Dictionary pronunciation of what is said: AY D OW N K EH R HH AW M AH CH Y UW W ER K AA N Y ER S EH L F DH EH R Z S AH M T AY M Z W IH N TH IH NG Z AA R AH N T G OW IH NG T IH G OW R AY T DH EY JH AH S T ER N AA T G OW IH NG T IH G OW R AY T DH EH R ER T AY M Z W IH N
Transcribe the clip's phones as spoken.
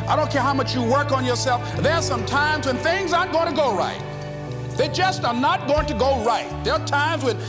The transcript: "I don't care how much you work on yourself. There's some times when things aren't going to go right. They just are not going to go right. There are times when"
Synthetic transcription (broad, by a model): AY D OW N K EH R HH AW M AH CH Y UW W ER K N Y ER S EH L F DH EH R S AH M T AY M Z W IH N TH IH NG Z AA AH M G OW IH NG T IH G OW R AY T DH EY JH AH S T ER N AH T G OW IH NG T IH G OW R AY T DH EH R T AY M Z W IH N